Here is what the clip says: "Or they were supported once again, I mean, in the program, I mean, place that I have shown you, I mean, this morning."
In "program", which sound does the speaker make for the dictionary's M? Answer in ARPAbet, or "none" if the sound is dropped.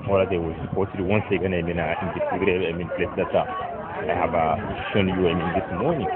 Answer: none